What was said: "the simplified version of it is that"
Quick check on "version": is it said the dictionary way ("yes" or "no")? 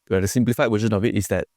no